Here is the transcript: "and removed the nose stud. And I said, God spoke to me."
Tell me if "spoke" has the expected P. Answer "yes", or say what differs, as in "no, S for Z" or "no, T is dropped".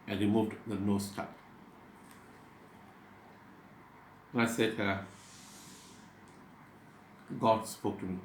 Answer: yes